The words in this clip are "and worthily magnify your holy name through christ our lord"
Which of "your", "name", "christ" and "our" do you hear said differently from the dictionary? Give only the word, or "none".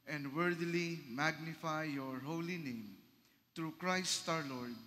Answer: none